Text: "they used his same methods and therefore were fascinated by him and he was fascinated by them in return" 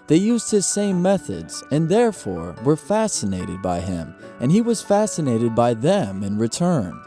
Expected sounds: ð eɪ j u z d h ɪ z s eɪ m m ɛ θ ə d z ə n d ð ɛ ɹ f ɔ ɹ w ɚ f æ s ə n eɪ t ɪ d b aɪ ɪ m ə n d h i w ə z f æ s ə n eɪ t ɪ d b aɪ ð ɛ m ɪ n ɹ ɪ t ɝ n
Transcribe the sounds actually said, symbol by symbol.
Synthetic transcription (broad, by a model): ð eɪ j u z d h ɪ z s eɪ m m ɛ θ ə d z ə n ð ɛ ɹ f ɔ ɹ w ɚ f æ s ə n eɪ t ɪ d b aɪ ɪ m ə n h i w ə z f æ s ə n eɪ t ɪ d b aɪ ð ɛ m ɪ n ɹ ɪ t ɝ n